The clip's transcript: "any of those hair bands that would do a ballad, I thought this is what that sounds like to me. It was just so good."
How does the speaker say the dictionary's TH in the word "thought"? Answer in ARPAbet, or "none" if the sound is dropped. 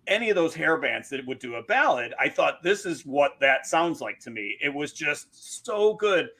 TH